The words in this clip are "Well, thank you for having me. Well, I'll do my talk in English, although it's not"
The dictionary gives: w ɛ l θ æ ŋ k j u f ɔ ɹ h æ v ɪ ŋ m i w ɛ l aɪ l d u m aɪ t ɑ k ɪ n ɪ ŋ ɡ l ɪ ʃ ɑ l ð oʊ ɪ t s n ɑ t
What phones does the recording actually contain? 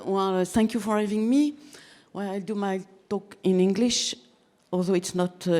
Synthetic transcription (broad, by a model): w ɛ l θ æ ŋ k j u f ɔ ɹ h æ v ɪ ŋ m i w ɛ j aɪ l d u m aɪ t ɑ k ɪ n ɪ ŋ ɡ l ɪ ʃ ɑ l ð oʊ ɪ t s n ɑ t